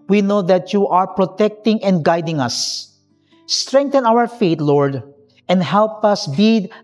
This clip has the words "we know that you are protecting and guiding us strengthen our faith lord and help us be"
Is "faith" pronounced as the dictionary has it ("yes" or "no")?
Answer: no